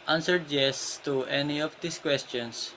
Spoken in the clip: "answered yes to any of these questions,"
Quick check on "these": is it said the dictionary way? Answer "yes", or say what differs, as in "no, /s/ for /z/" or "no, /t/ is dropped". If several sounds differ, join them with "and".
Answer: no, /s/ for /z/